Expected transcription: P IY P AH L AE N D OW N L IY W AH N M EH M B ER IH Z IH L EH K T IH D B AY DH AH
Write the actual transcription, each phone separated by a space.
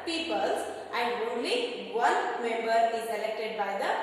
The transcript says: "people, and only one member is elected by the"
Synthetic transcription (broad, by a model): P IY P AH L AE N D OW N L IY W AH L M EH M B ER IH Z IH L EH K T IH D B AY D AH